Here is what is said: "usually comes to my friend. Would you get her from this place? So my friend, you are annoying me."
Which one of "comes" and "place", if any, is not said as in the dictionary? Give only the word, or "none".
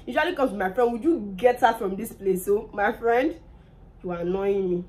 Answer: comes